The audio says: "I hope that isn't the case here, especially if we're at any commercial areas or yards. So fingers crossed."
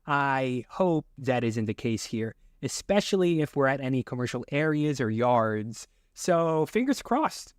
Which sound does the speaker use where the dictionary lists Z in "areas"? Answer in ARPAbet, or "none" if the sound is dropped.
Z